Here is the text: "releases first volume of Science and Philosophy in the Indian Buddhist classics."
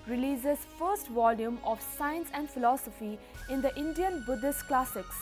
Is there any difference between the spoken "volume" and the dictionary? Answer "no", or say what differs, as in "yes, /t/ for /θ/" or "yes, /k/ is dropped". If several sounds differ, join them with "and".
no